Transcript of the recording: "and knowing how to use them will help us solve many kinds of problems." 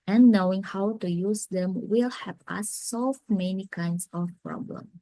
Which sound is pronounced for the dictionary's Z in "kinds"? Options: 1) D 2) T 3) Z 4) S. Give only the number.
4